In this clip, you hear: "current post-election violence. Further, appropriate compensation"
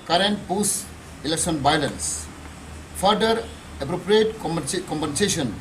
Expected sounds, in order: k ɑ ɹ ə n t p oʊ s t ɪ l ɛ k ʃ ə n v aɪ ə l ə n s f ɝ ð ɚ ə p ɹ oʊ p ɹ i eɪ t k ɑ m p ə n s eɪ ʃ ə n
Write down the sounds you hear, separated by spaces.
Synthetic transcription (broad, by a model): k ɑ ɹ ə n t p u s ɪ l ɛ k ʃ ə n b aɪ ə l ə n s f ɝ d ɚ ə p ɹ oʊ p ɹ i eɪ t k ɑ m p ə n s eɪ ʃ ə n